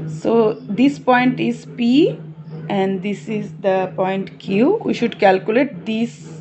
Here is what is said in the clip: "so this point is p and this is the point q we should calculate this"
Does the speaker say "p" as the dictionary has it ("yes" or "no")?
yes